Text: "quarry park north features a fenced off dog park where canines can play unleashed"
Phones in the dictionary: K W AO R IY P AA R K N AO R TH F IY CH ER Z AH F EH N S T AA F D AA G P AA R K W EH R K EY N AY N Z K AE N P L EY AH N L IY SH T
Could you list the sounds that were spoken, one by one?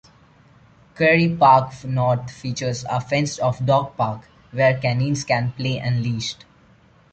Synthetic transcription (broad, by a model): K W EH R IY P AA R K N AO R T F IY CH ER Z AH F EH N S T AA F D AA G P AA R K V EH R K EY N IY N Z K AE N P L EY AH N L IY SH T